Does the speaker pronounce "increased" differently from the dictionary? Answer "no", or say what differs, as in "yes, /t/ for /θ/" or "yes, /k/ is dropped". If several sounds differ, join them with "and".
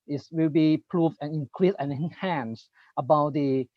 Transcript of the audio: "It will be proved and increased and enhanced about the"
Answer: yes, /t/ is dropped